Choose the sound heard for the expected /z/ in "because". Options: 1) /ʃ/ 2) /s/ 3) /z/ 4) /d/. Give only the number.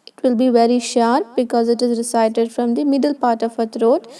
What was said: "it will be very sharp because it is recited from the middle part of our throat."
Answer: 3